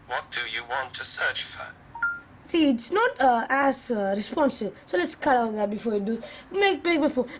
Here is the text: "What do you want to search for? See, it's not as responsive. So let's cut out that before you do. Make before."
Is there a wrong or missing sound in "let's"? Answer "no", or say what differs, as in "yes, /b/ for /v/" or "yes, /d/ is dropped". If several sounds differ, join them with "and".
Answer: no